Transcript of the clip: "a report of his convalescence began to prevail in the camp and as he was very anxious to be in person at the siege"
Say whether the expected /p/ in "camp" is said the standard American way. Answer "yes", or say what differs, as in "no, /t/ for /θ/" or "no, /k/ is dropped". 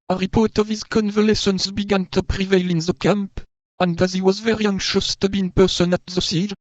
yes